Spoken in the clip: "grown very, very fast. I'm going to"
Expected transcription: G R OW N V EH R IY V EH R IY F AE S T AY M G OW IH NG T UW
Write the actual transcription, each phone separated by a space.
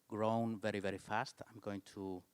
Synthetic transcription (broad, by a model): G R OW N V EH R IY V EH R IY F AE S T AY M G OW IH NG T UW